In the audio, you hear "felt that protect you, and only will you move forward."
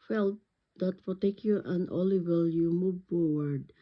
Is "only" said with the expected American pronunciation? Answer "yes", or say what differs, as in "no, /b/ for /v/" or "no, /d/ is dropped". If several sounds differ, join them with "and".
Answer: no, /n/ is dropped